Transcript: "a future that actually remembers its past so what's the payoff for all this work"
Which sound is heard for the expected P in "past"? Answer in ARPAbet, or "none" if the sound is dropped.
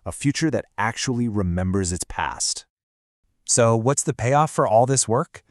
P